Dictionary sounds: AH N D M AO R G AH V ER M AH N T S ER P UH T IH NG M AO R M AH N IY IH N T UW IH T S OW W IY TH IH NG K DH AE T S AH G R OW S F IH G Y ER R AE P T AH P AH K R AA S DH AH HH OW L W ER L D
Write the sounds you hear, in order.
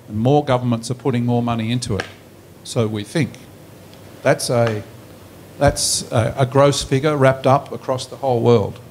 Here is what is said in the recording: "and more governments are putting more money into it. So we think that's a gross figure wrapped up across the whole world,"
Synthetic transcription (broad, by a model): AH N M AO R G AH V ER M AH N T S ER P UH T IH NG M AO R M AH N IY IH N T UW IH T S OW W IY TH IH NG K DH AE T S AH G R OW S F IH G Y ER R AE P T AH P AH K R AA S DH AH HH OW L W ER L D